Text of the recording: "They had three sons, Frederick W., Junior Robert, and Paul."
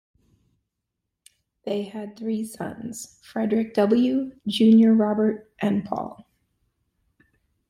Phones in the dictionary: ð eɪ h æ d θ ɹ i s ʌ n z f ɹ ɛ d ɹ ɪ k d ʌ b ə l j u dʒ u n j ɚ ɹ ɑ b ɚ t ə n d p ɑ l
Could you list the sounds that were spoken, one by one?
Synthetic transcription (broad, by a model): ð eɪ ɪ d θ ɹ i s ʌ n z f ɹ ɛ d ɹ ɪ k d ʌ b l j u dʒ u n j ɚ ɹ ɑ b ɚ t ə n p ɑ l